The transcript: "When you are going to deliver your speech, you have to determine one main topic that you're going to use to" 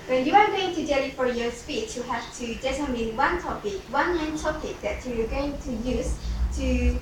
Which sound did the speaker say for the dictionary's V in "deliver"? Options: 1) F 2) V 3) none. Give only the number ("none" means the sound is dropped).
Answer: 1